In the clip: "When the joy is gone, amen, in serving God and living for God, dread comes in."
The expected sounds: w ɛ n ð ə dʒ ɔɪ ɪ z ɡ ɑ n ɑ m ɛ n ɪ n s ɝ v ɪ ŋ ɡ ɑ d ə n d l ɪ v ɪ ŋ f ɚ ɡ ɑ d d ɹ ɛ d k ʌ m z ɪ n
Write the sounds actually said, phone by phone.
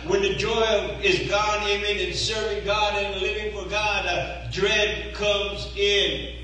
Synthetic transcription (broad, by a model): w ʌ n ð ə dʒ ɔɪ ɪ z ɡ ɑ n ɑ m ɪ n ɪ n s ɝ v ɪ ŋ ɡ ɑ d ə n l ɪ v ɪ ŋ f ɚ ɡ ɑ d d ɹ ɛ d k ʌ m z ɪ n